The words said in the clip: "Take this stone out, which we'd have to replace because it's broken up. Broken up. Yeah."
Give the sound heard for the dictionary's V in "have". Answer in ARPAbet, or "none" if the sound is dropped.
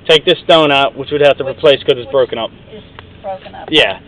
F